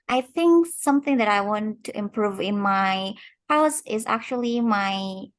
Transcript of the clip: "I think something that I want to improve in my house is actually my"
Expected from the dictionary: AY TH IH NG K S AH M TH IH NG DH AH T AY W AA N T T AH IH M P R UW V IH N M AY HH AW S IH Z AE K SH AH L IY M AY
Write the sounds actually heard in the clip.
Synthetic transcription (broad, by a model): AY TH IH NG K S AH M TH IH NG DH AH T AY W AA N T T IH M P R UW V IH N M AY HH AW S IH Z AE K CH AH L IY M AY